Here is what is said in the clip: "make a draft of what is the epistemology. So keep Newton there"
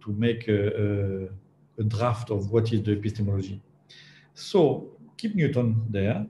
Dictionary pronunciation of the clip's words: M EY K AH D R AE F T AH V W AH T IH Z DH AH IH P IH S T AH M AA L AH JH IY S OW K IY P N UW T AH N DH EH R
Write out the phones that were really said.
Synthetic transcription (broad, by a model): M EY K AH D R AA F T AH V W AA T IH Z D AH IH P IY S T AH M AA L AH ZH IY S OW K IY P N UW T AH N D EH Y